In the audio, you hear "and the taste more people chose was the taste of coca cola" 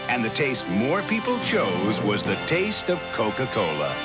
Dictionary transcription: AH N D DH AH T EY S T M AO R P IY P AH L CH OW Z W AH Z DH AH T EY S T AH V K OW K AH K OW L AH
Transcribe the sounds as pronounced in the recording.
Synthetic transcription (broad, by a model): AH N DH AH T EY S T M AO R P IY P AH L CH OW Z W AH Z DH AH T EY S T AH V K OW K AH K OW L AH